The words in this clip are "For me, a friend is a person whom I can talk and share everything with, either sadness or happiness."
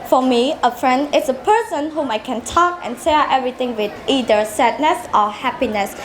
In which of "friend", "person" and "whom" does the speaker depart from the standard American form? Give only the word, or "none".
none